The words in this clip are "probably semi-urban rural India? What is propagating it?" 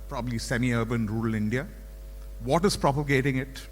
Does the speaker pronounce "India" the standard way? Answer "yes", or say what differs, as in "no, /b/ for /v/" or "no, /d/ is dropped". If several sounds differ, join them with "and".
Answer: yes